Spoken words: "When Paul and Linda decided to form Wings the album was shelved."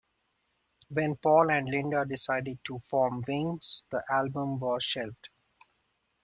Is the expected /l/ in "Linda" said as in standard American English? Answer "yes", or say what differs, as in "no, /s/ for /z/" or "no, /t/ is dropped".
yes